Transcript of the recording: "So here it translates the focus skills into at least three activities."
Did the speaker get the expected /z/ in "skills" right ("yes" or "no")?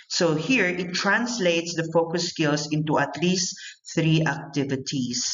no